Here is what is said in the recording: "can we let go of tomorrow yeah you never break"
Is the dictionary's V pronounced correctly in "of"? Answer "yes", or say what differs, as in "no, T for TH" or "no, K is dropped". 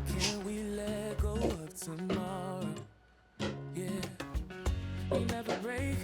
no, P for V